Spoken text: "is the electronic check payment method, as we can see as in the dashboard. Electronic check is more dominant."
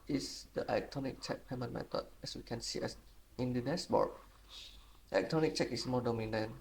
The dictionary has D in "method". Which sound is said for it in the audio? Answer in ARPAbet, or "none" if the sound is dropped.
none